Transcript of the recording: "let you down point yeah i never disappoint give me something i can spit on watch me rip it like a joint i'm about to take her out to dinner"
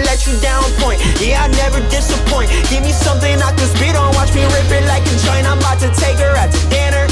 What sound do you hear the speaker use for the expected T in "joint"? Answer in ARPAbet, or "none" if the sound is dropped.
none